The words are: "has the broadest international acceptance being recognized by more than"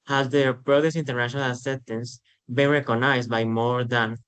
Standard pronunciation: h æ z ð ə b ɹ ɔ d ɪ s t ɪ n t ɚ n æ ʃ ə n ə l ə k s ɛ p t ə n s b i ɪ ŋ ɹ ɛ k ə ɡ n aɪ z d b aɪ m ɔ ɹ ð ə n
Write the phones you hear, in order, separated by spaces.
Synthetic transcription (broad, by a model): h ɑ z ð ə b ɹ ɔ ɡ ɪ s i n t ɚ n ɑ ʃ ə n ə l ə s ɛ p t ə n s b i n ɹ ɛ k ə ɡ n aɪ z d b aɪ m ɔ ɹ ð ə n